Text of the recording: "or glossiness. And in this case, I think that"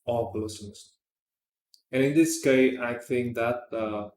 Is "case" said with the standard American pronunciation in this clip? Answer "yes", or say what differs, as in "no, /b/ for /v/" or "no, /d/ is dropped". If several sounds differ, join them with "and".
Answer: no, /s/ is dropped